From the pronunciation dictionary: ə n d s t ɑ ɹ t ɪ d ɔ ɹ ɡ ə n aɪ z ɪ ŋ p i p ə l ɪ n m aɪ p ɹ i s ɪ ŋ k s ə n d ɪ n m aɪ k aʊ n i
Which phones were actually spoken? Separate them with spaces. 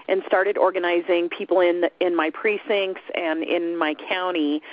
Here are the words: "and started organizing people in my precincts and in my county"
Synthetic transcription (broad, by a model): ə n s t ɑ ɹ t ɪ d ɔ ɹ ɡ ə n aɪ z ɪ ŋ p i p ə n ɪ n m aɪ p ɹ i s ɪ ŋ k s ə n ɪ n m aɪ k aʊ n i